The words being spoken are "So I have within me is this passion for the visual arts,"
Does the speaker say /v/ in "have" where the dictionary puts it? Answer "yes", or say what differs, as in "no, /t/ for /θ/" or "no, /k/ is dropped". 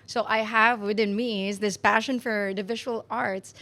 yes